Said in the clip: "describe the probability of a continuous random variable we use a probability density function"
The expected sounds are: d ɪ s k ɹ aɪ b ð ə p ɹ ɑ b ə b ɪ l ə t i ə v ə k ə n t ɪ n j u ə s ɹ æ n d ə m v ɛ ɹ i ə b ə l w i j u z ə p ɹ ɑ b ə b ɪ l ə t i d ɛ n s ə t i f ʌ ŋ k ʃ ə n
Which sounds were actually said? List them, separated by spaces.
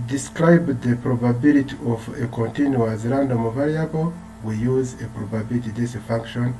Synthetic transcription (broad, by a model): d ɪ s k ɹ aɪ b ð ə p ɹ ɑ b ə b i l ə t i ə v ə k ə n t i n j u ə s ɹ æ n d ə m v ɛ ɹ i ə b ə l w i j u z ə p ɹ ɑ b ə b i l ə t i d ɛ s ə f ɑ ŋ k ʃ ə n